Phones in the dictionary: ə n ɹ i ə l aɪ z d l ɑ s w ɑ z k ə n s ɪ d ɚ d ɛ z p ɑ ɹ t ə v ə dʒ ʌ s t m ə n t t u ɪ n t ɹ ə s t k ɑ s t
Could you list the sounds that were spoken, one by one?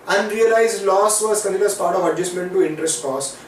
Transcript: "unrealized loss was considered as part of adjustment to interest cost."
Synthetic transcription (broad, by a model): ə n ɹ i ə l aɪ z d l ɑ s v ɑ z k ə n ɪ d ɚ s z p ɑ ɹ t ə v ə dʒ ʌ s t m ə n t t u ɪ n t ɹ ə s t k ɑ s